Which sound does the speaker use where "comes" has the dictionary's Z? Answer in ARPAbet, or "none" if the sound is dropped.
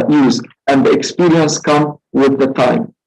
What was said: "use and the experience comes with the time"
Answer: none